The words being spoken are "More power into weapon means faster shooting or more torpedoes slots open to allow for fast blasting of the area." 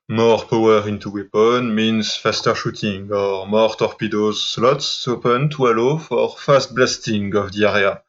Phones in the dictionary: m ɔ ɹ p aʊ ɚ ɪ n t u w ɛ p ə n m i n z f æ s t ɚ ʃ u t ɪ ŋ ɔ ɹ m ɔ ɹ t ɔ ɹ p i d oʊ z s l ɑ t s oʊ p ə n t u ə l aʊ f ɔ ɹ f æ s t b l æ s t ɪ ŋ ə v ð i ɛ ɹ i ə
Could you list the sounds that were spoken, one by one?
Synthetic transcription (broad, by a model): m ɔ ɹ p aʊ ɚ ɪ n t u w ɛ p ə n m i n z f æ s t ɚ ʃ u t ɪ ŋ ɔ ɹ m ɔ ɹ t ɔ ɹ p i d oʊ z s l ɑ t s oʊ p ə n t u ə l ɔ f ɔ ɹ f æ s t b l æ s t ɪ ŋ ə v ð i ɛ ɹ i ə